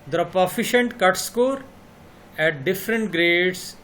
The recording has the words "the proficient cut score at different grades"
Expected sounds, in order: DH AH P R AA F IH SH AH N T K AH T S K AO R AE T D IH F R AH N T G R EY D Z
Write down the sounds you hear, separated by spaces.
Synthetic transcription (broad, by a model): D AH P AA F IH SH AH N T K AH T S K AO R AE T D IH F R AH N T G R EY D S